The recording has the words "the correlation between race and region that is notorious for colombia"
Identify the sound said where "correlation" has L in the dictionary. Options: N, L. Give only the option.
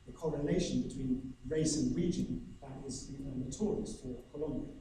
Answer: N